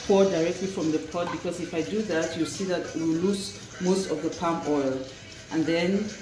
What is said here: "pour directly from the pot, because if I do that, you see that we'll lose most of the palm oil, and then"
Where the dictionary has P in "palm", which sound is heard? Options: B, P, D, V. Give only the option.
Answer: P